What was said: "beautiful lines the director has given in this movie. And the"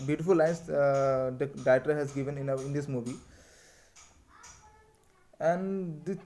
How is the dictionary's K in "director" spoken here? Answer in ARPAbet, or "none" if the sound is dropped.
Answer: none